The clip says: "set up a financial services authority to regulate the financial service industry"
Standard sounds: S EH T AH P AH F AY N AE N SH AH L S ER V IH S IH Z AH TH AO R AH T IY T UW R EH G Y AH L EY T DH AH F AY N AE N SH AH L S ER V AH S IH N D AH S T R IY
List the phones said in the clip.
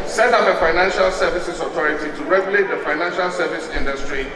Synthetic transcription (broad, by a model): S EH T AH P AH F AY N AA N SH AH L S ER V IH S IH S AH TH AO R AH T IY T UW R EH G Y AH L EY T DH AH F AY N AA N SH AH L S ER V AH S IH N D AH S T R IY